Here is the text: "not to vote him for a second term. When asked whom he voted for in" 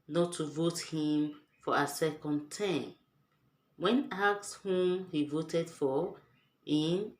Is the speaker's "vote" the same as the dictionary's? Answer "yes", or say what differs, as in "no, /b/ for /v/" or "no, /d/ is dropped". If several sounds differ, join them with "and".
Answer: yes